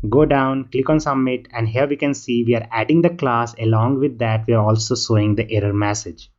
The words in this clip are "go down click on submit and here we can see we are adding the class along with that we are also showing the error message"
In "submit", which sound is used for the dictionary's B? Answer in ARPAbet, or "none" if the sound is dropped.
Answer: none